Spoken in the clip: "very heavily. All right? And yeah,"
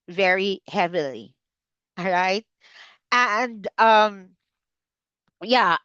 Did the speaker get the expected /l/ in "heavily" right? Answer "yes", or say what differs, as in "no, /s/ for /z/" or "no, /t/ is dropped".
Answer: yes